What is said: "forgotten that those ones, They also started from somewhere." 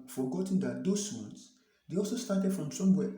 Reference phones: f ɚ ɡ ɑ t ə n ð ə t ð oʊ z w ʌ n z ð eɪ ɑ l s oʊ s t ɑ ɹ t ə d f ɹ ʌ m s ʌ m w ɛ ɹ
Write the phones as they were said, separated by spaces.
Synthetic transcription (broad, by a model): f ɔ ɡ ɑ t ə n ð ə t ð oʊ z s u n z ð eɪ ɑ l s oʊ s t ɑ t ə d f ɹ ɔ m s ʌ m w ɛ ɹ